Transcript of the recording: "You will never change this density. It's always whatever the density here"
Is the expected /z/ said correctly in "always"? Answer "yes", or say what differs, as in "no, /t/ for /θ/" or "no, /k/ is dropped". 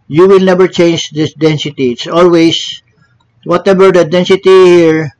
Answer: no, /s/ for /z/